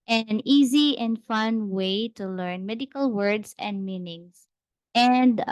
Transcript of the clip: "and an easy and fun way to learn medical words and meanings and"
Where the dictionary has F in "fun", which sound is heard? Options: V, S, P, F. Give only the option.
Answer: F